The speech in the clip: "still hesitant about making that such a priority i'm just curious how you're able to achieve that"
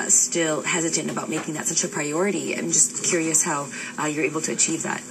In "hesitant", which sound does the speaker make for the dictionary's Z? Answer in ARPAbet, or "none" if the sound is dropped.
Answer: Z